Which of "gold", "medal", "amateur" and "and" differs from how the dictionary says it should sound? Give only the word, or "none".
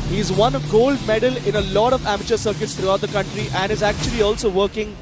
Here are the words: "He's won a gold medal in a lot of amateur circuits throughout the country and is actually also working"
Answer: none